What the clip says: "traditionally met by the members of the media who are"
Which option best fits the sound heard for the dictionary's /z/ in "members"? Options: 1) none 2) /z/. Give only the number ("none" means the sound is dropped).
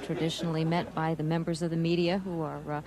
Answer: 2